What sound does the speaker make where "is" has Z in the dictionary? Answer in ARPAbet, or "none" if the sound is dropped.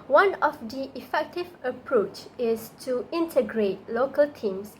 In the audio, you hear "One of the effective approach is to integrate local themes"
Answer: S